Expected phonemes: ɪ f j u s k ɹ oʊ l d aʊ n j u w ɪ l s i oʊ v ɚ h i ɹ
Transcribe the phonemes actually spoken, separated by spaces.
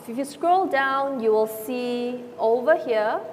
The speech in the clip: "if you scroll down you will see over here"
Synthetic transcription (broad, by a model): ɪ f j u s k ɹ oʊ l d aʊ n j u w ɪ l s i oʊ v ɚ h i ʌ